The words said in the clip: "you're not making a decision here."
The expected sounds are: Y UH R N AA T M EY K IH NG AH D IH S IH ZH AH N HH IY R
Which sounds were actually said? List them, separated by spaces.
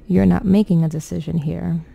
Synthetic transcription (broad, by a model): Y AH R N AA T M EY K IH NG AH D IH S IH ZH AH N HH IY R